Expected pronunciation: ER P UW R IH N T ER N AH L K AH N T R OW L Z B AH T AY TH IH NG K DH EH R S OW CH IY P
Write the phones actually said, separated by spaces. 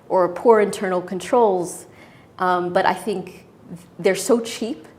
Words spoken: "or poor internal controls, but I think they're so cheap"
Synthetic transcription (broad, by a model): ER P UW R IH N T ER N L K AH N T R OW L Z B AH T AY TH IH NG K DH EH R S OW CH IY P